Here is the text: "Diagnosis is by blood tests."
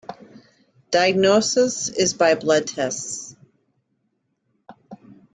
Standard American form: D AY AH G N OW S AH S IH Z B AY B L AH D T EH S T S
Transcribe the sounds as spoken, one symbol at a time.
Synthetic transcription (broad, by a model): D AY AH G N OW S AH S IH Z B AY B L AH D T EH S T S